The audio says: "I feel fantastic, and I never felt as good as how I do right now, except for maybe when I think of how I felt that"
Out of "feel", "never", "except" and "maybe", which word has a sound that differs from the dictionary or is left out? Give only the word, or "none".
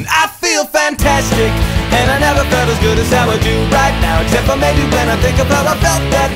none